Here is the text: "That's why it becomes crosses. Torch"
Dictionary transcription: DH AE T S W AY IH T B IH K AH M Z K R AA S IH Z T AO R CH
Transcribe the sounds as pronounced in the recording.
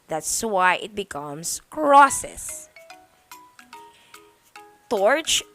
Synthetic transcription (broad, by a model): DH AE T S W AY IH T B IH K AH M S K R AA S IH S T AO R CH